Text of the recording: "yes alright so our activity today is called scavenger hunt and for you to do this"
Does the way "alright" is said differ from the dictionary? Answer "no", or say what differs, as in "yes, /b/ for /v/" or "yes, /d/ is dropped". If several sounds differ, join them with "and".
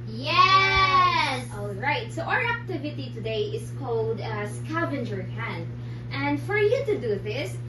no